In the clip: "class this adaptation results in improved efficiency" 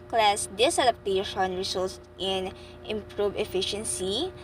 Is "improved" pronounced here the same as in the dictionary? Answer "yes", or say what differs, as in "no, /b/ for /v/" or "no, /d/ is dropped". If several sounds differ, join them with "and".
no, /d/ is dropped